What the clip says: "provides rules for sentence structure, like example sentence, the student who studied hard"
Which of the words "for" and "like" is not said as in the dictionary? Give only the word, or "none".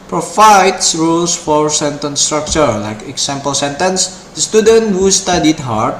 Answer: none